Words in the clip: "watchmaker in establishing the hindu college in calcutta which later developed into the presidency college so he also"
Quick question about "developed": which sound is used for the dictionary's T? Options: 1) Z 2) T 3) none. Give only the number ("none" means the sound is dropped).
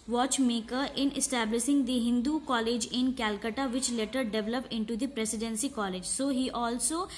3